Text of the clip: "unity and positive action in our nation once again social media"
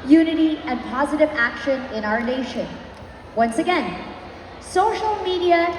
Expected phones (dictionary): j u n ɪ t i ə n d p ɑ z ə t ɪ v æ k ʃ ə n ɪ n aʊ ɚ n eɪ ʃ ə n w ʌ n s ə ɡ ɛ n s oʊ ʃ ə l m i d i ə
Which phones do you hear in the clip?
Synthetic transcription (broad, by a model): j u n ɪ t i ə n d p ɑ z ə t ɪ v æ k ʃ ə n ɪ n aʊ ɚ n eɪ ʃ ə n w ʌ n s ə ɡ ɛ n s oʊ ʃ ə l m i d i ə